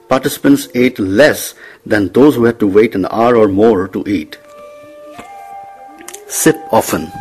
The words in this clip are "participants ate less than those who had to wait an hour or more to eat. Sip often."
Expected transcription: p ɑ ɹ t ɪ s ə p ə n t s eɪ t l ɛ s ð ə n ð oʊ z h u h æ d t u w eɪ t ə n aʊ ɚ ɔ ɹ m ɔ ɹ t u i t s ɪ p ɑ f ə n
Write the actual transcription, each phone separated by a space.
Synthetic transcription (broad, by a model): p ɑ ɹ t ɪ s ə p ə n t s eɪ t l ɛ s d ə n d oʊ z h u h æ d t u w eɪ t ə n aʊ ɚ ɔ ɹ m ɔ ɹ t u i t s ɪ p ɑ f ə n